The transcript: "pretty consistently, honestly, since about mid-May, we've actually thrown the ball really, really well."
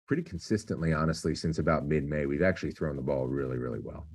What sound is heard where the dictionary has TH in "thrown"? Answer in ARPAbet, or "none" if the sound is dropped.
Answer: TH